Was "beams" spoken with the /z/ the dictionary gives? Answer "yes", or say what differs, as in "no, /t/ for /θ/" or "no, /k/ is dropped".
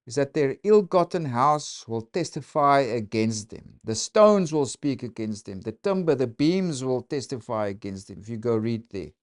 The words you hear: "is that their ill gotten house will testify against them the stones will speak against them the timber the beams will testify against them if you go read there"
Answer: yes